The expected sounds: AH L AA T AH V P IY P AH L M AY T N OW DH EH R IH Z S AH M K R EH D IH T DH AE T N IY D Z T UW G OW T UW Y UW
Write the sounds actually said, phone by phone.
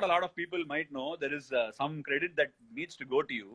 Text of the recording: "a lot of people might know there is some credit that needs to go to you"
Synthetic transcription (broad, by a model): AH L AA T AH V P IY P AH L M AY T N OW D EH R IH Z S AH M K R EH D IH T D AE T N IY D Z T UW G OW T UW Y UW